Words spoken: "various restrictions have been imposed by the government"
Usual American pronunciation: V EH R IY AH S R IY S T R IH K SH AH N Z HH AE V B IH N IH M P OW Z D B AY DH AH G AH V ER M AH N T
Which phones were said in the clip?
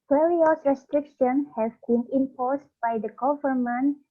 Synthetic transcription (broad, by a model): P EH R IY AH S R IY S T R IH K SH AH N HH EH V B IH N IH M P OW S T B AY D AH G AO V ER M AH N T